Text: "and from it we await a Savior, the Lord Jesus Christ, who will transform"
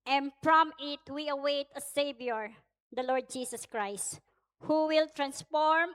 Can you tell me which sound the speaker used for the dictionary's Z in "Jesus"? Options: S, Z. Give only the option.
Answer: S